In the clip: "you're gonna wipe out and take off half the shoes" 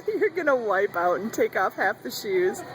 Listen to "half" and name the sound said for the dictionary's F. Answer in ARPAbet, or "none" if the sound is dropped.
F